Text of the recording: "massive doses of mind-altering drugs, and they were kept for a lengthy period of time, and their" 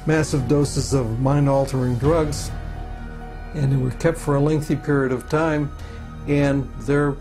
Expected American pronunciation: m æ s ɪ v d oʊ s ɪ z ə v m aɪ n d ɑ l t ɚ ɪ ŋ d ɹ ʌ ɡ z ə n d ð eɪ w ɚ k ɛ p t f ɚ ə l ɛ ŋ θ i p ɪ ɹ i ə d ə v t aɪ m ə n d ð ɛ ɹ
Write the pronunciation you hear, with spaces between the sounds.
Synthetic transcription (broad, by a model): m æ s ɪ v d oʊ s ɪ z ə v m aɪ n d ɑ l t ɚ ɪ ŋ d ɹ ʌ ɡ z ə n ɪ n w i k ɛ p t f ɚ ə l ɛ ŋ θ i p ɪ ɹ i ə d ə v t aɪ m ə n ð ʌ ɹ